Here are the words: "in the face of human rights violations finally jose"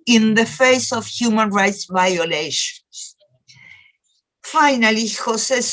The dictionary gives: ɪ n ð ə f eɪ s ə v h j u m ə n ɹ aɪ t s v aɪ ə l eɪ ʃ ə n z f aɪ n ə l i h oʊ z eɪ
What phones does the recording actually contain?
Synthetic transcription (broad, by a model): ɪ n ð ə f eɪ s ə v h j u m ə n ɹ aɪ t s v aɪ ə l eɪ ʃ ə n s f aɪ n ə l i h oʊ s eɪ